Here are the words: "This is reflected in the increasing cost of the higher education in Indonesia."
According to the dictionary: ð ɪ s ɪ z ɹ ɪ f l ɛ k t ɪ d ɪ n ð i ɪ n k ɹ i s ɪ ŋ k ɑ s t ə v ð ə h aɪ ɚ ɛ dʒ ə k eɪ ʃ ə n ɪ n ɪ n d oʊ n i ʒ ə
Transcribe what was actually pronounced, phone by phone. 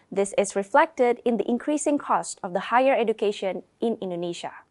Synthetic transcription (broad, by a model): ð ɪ s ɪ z ɹ ɪ f l ɛ k t ɪ d ɪ n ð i ɪ n k ɹ i s ɪ ŋ k ɑ s t ə v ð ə h aɪ ɚ ɛ dʒ ə k eɪ ʃ ə n ɪ n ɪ n d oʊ n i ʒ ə